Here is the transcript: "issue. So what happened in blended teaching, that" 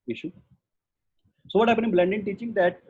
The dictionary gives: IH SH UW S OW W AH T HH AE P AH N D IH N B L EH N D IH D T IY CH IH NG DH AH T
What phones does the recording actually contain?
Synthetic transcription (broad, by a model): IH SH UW S OW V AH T HH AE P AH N IH N B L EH N D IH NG T IY CH IH NG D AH T